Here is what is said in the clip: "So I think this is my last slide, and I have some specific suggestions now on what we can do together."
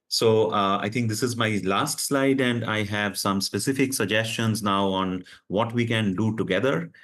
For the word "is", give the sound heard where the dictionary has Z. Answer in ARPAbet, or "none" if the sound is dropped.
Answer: Z